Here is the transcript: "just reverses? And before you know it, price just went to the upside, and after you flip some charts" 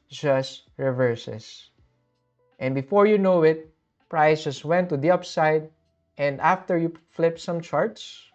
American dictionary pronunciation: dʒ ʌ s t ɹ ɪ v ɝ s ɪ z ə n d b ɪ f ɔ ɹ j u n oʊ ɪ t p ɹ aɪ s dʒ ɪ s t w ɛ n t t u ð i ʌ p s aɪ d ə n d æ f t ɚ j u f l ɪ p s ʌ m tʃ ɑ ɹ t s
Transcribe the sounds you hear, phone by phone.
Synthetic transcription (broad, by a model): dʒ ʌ s t ɹ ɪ v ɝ s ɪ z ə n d b ɪ f ɔ ɹ j u n oʊ ɪ t p ɹ aɪ s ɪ s w ɛ n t t u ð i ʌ p s aɪ d ə n d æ f t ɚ j u f l ɪ p s ʌ m tʃ ɑ ɹ t s